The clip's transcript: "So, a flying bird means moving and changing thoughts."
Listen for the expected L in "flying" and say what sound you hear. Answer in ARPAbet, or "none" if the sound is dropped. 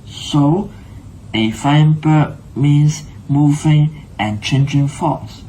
none